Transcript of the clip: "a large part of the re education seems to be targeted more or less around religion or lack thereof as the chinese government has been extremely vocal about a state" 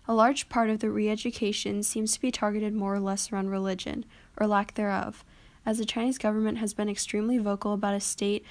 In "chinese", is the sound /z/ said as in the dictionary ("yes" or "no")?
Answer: yes